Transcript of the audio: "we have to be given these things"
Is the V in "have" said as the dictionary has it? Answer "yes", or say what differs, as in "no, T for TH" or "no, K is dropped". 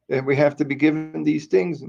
no, F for V